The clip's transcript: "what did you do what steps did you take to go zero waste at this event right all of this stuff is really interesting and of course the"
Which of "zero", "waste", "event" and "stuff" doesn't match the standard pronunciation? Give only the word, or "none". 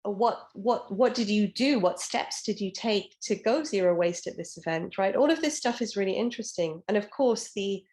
none